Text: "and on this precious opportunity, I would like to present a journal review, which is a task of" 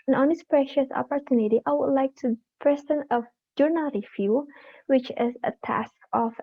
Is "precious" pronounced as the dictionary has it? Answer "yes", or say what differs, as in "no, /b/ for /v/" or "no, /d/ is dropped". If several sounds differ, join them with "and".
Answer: yes